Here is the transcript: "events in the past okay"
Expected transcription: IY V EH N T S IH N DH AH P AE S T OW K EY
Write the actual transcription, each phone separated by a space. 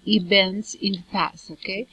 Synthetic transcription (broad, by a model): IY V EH N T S IH N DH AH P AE S OW K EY